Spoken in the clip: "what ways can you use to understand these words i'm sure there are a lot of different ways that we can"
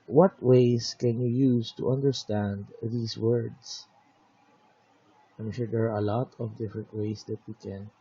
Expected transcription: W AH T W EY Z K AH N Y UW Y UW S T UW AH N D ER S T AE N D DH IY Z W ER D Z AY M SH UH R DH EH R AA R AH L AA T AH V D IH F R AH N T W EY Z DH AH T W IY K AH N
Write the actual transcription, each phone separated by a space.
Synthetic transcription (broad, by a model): W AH T W EY S K AH N Y UW Y UW S T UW AH N D ER S T AE N D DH IY S W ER D S AY M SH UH R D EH R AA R AH L AA T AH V D IH F R AH N T W EY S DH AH T W IY K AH N